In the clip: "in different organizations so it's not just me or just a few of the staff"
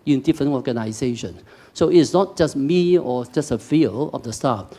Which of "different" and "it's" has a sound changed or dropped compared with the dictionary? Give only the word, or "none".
different